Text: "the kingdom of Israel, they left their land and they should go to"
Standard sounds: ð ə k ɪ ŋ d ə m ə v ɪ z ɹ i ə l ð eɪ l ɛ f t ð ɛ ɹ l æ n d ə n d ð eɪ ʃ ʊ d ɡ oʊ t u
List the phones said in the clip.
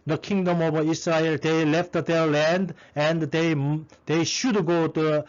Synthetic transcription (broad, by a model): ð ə k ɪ ŋ d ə m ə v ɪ s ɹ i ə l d eɪ l ɛ f t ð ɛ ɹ l æ n d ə n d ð eɪ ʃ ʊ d ɡ oʊ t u